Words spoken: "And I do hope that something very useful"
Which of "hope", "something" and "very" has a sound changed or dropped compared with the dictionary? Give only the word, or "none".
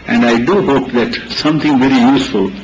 something